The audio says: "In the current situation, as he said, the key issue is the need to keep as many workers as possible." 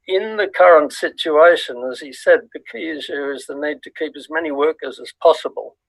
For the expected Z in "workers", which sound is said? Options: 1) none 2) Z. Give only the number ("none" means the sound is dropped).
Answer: 2